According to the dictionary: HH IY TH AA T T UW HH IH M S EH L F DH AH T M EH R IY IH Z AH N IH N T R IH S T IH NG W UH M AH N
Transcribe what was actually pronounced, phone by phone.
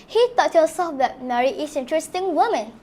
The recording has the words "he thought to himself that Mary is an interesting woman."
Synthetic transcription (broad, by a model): HH IY T AA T T UW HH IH S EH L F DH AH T M EH R IY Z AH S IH N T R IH S T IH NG W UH M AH N